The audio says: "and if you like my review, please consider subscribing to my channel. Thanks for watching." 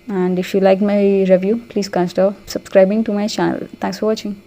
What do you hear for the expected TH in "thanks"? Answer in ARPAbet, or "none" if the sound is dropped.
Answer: T